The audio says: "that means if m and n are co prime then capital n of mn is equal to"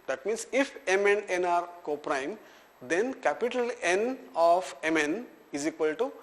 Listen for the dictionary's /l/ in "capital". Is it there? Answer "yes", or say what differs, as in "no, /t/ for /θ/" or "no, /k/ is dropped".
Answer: yes